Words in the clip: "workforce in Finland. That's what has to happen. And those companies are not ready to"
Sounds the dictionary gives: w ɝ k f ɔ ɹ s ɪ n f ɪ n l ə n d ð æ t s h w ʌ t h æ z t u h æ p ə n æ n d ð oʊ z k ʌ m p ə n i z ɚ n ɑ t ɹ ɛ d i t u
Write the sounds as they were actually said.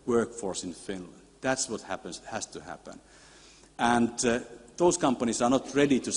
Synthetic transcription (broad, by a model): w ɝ k f ɔ ɹ s ɪ n f ɪ n l ə n d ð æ t s h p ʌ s h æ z t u h æ p ə n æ n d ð oʊ s k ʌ m p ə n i s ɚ n ɑ t ɹ ɛ d i t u